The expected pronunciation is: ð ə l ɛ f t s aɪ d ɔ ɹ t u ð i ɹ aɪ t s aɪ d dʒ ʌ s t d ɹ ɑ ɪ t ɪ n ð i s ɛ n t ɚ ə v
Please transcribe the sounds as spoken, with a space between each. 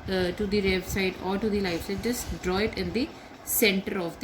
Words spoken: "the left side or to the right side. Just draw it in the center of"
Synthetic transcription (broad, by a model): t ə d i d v s aɪ d ɔ ɹ t u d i l aɪ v s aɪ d dʒ ʌ s t d ɹ ɑ ɪ t ɪ n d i s ɛ n t ɚ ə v